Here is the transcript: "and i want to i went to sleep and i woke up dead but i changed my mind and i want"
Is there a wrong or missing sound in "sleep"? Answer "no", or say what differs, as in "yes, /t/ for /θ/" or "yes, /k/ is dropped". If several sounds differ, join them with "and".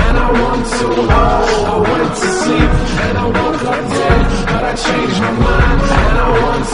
yes, /l/ is dropped and /p/ is dropped